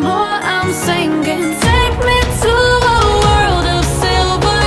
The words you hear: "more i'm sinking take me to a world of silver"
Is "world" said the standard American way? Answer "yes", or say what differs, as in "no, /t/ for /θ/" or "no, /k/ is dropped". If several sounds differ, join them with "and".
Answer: yes